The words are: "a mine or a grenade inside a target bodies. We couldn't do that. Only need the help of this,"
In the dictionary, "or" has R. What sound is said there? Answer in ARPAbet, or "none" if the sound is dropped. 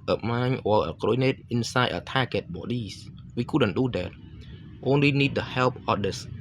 L